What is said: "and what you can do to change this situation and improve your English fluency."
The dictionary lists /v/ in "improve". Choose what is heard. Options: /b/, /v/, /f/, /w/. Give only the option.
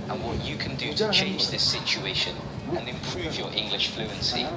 /v/